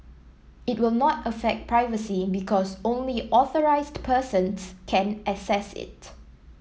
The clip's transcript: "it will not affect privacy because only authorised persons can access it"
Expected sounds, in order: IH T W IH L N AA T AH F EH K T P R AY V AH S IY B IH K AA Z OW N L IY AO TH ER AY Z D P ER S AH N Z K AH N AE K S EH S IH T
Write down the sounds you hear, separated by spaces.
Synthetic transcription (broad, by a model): IH T W IH L N AA T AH F EH K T P R AY V AH S IY B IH K AA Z OW N L IY AO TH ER AY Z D P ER S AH N S K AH N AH S EH S IH T